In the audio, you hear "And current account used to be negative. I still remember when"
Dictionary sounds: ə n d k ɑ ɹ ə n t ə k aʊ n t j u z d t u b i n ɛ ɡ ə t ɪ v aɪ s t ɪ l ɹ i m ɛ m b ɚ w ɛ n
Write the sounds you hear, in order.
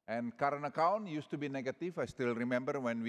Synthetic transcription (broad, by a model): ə n k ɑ ɹ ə n ə k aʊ n j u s t u b i n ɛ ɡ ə t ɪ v aɪ s t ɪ l ɹ i m ɛ m b ɚ w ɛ n